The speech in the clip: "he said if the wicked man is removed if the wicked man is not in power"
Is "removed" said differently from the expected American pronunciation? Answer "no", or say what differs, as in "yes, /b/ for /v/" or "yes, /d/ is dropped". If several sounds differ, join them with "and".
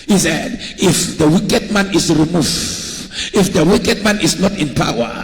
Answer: yes, /d/ is dropped